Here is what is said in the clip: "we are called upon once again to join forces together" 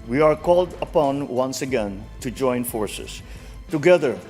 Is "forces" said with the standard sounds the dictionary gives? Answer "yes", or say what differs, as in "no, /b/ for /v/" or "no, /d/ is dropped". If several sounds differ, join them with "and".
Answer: no, /s/ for /z/